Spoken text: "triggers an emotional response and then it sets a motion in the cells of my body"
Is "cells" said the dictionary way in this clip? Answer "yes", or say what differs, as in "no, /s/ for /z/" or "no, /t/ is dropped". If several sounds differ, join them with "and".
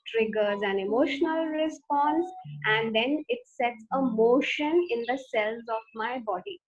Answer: yes